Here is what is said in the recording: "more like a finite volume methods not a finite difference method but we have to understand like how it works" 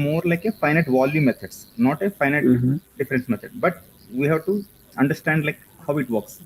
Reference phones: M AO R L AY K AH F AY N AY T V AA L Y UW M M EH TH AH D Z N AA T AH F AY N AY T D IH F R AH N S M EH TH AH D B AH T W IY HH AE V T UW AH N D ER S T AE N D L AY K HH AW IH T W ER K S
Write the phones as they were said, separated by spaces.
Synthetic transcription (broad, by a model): M AO R L AY K AH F AY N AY T V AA L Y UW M M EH T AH D S N AA T AH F AY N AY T D IH F R AH N S M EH T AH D B AH T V IY HH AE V T UW AH N D ER S T AE N D L AY K HH AW IH T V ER K S